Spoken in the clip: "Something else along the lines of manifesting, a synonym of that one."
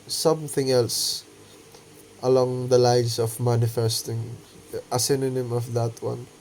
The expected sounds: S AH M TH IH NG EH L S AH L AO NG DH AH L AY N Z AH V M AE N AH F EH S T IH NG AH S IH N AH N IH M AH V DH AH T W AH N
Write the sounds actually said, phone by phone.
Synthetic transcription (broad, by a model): S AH M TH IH NG EH L S AH L AO NG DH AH L AY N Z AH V M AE N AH F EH S T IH NG AH S IH N AH N IH M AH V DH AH T W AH N